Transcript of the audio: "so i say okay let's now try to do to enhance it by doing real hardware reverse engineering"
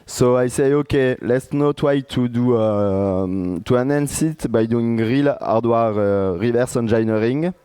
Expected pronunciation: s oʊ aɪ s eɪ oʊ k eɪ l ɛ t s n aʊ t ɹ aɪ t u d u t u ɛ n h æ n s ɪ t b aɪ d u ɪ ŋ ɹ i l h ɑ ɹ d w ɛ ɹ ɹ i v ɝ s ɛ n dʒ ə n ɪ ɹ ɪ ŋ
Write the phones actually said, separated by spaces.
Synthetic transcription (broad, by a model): s oʊ aɪ s eɪ oʊ k eɪ l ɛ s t n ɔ t w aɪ t u d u t u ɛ n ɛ n s ɪ t b aɪ d u ɪ ŋ ɹ i l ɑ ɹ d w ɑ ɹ ɹ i v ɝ s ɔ n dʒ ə n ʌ ɹ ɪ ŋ